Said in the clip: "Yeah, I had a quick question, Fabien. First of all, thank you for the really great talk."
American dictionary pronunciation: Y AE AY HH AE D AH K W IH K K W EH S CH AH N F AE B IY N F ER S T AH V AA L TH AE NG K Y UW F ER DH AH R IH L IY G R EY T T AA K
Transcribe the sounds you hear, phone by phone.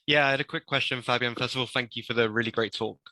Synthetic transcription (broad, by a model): Y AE AY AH D AH K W IH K K W EH S CH AH N F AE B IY N F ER S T AH V AA L TH AE NG K Y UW F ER DH AH R IH L IY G R EY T T AA K